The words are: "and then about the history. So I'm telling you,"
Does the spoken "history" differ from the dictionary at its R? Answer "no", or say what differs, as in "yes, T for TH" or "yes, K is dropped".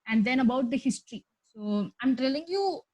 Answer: no